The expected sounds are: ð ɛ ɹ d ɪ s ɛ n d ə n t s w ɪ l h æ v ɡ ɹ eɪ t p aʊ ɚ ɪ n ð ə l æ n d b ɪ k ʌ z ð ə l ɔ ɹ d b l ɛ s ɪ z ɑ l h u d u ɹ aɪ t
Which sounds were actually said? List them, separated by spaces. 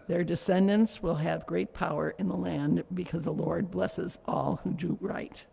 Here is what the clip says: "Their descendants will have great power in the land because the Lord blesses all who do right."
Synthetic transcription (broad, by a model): ð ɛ ɹ d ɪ s ɛ n d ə n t s w ɪ l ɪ v ɡ ɹ eɪ t p aʊ ɚ ɪ n ð ə l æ n b ɪ k ʌ z ð ə l ɔ ɹ d b l ɛ s ɪ z ɑ l h u d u ɹ aɪ t